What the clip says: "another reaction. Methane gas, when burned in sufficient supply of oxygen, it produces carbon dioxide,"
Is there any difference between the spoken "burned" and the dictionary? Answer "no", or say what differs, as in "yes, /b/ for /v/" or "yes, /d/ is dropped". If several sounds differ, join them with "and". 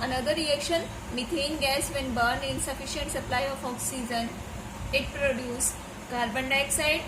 no